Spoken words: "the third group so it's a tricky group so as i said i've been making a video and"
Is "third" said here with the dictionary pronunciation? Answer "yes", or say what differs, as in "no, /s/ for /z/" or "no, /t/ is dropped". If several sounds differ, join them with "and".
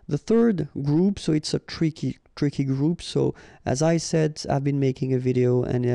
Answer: yes